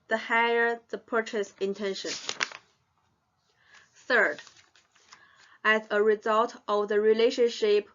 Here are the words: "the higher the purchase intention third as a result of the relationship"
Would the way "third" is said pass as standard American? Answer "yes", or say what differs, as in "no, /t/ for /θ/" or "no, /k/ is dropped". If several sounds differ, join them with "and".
yes